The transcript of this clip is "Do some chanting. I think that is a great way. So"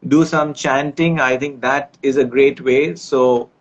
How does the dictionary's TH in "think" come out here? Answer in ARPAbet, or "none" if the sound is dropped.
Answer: T